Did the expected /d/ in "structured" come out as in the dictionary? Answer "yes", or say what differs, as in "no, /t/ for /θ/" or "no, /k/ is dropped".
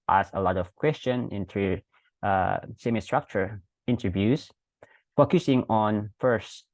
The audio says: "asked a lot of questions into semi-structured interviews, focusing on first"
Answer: no, /d/ is dropped